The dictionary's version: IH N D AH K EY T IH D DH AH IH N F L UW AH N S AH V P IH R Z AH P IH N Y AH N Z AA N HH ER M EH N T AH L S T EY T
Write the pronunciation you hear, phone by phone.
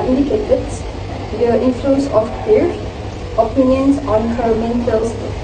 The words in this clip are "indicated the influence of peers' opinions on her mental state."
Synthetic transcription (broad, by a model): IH N D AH K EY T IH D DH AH IH N F L UW AH N S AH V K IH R AH P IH N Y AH N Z AA N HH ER M EH N T AH L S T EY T